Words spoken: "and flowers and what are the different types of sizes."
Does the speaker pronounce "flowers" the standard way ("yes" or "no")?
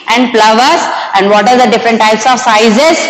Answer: no